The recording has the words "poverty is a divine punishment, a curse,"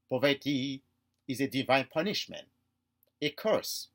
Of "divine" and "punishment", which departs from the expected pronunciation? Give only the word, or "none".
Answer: none